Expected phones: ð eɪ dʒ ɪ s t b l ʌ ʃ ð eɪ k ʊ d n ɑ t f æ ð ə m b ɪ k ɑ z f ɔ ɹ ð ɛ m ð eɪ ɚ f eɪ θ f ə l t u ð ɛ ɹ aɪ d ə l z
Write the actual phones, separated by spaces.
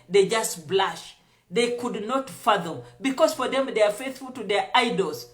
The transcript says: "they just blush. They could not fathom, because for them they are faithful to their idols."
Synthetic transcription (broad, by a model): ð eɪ dʒ ɪ s t b l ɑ ʃ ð eɪ k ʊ d n ɑ t f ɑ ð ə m b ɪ k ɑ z f ɔ ɹ ð ɛ m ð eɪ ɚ f eɪ θ f ə l t u ð ɛ ɹ aɪ d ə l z